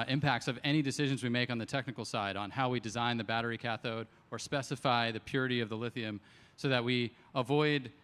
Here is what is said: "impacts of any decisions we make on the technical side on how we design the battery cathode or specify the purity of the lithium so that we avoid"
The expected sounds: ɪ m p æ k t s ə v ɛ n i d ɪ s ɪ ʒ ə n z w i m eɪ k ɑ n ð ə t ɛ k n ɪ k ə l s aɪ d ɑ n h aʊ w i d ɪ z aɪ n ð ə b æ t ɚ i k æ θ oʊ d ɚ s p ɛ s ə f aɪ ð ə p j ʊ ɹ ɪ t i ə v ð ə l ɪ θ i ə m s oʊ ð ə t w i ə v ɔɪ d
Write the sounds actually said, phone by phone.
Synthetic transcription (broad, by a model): ɪ m p æ k t s ə v ɛ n i d ɪ s ɪ ʒ ə n z w i m eɪ k n ð ə t ɛ k n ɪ k l s aɪ d n h aʊ w i d ɪ z aɪ n ð ə b æ t ɚ i k æ θ oʊ d ɚ s p ɛ s ə f aɪ ð ə p j ʊ ɹ ɪ t i ə v ð ə l ɪ θ i ə m s oʊ ð ə t w i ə v ɔɪ d